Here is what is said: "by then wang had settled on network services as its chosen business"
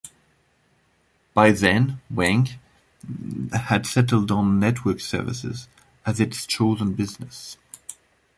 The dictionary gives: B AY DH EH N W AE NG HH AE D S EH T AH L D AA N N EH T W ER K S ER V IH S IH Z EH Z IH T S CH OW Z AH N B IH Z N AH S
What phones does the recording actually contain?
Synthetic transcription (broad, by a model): B AY DH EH N W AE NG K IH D S EH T L D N N EH T W ER K S ER V IH S IH Z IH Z IH T S CH OW Z AH N B IH Z N AH S